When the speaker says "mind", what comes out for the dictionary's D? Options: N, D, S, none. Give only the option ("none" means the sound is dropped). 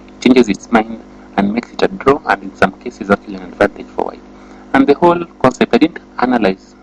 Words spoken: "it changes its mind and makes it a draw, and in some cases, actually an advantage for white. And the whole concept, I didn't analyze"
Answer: D